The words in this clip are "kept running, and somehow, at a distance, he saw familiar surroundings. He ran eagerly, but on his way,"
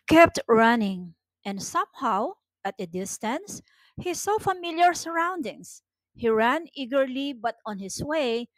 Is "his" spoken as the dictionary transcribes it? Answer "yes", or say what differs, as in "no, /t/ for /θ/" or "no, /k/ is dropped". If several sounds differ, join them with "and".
no, /s/ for /z/